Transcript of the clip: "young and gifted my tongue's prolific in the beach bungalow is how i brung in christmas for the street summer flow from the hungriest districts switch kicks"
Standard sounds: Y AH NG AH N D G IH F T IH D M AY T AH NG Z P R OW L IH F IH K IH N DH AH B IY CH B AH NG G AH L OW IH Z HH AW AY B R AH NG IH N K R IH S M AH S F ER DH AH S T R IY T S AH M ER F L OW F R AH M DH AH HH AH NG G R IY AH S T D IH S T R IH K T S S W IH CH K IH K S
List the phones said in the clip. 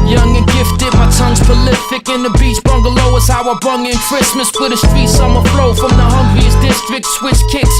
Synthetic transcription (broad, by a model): Y AH NG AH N G IH F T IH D M AY T AH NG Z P OW L IH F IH K IH N DH AH B IY S B AH NG G AH L OW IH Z HH AW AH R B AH NG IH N K R IH S M AH S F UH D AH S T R IY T S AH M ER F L OW F R AH M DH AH HH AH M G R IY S D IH S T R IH K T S S W IH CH K IH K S